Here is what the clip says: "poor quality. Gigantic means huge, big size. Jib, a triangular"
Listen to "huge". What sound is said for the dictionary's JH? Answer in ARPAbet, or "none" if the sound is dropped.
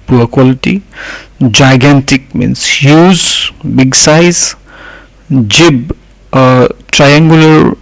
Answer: Z